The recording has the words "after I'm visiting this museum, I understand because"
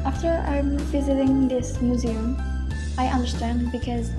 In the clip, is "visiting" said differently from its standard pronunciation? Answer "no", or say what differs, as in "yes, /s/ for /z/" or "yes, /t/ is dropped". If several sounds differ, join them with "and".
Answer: no